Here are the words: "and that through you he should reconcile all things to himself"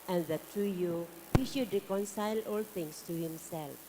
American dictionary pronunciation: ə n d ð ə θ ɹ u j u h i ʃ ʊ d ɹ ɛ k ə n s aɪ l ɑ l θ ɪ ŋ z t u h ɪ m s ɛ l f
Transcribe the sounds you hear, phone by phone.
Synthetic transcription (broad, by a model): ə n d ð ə t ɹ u j u h i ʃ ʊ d ɹ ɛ k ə n s aɪ l ɑ l t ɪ ŋ s t u h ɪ m s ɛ l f